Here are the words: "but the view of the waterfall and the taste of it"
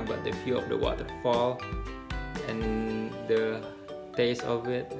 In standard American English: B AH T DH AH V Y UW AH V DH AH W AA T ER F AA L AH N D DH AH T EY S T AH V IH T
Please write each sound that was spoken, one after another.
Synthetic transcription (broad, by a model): B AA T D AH F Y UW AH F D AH W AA T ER F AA L AH N D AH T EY S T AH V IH T